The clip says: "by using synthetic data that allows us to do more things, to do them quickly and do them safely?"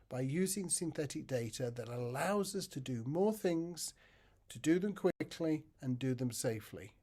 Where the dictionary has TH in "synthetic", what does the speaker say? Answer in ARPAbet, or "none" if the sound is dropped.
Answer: TH